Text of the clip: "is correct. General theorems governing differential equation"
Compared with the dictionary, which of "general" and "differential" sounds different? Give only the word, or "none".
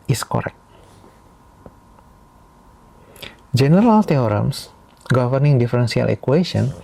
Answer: differential